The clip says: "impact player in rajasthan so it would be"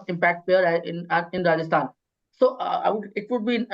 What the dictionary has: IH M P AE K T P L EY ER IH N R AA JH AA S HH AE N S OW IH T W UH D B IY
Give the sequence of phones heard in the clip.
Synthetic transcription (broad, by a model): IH M P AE K T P EY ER IH N R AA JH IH S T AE N S OW IH T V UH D B IY